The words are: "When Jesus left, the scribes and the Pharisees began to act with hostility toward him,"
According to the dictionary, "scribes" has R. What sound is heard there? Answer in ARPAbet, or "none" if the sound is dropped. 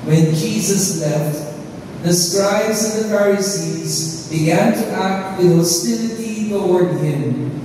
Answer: R